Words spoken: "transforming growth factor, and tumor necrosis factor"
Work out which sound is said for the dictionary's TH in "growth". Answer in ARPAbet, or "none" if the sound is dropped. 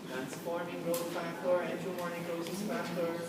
S